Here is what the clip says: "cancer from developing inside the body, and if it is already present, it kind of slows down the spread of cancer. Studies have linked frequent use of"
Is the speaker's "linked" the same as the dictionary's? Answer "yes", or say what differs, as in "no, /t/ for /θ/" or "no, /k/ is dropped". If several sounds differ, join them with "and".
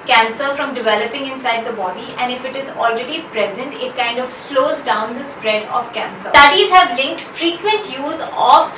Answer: yes